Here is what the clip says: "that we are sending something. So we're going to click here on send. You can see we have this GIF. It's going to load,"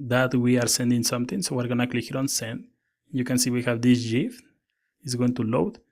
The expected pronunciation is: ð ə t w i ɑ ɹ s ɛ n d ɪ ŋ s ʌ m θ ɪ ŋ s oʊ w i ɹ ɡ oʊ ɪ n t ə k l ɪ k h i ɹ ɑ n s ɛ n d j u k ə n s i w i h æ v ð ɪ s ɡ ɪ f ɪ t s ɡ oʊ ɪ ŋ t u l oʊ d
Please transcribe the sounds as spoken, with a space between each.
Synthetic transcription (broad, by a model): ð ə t w i ɑ ɹ s ɛ n d ɪ ŋ s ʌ m t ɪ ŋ s oʊ w i ɹ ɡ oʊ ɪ n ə k l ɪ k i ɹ ɑ n s ɛ n d j u k ə n s i w i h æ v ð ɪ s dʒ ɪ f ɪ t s ɡ oʊ ɪ ŋ t u l oʊ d